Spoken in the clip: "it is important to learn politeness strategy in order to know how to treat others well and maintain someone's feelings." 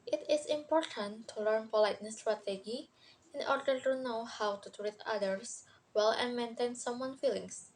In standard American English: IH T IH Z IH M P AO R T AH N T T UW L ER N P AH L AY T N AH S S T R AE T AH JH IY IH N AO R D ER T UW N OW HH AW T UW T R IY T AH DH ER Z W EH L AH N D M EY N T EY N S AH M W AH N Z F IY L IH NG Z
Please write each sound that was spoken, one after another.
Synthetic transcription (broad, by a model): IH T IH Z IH M P AO R T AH N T T UW L ER N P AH L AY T N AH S S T R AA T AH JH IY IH N AO R D ER T UW N OW HH AW T UW T R IY T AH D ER S W EH L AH N M EY N T EY N S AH M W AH N F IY L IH NG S